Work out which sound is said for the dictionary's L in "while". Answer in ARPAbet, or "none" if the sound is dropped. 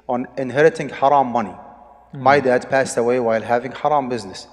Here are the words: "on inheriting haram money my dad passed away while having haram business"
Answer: L